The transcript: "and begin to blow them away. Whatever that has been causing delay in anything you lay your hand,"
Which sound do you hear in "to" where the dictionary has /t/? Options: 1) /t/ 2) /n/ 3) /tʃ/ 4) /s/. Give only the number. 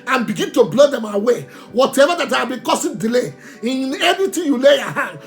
1